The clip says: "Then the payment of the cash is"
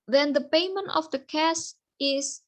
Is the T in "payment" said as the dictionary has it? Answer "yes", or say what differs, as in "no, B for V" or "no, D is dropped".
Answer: yes